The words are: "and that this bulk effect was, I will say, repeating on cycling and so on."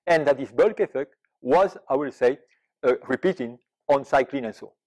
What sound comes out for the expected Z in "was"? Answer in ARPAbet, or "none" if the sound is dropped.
Z